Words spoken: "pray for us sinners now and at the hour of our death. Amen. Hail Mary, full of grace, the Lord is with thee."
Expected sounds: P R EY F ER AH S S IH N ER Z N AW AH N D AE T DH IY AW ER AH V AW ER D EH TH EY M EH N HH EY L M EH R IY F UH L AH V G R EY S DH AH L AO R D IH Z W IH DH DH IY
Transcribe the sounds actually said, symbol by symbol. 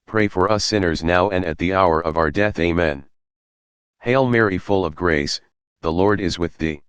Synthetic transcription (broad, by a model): P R EY F ER AH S S IH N ER Z N AW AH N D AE T DH IY AW ER AH V AW ER D EH TH EY M EH N HH EY L M EH R IY F UH L AH V G R EY S DH AH L AO R D IH Z W IH DH DH IY